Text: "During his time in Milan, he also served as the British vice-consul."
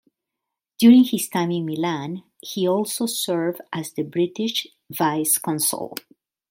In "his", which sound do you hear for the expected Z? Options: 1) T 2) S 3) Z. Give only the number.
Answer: 2